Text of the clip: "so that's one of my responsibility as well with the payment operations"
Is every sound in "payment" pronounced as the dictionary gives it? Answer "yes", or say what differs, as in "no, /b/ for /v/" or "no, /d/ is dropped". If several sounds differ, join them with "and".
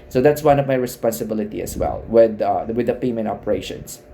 no, /t/ is dropped